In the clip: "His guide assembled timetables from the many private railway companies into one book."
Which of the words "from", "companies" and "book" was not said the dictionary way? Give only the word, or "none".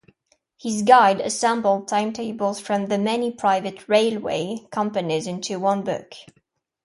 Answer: none